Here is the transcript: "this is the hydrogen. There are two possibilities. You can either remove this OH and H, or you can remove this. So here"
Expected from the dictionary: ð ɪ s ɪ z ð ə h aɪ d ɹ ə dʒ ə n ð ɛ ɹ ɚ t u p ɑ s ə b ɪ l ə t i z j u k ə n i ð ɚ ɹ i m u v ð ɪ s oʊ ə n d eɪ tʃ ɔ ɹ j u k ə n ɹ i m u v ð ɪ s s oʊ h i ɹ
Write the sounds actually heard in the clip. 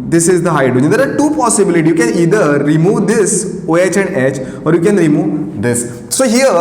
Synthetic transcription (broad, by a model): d ɪ s ɪ z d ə h aɪ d ə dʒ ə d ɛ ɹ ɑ t u p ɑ s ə b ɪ l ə t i j u k ə n i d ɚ ɹ i m u v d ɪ s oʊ ə n d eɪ tʃ ɔ ɹ j u k ə n ɹ i m u v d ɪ s s oʊ h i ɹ